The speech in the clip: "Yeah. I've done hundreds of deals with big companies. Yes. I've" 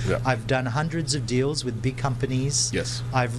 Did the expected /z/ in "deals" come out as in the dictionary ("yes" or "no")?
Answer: yes